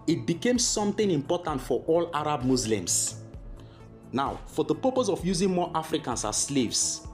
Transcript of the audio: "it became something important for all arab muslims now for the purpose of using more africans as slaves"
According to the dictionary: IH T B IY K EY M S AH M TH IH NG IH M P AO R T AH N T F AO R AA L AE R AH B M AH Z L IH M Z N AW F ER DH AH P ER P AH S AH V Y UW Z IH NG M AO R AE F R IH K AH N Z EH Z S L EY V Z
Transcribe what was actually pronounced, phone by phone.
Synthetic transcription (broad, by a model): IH T B IY K EY M S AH M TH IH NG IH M P AO T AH N T F AO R AA L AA R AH B M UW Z L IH M S N AW F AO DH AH P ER P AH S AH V Y UW Z IH NG M AO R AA F R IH K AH N S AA S L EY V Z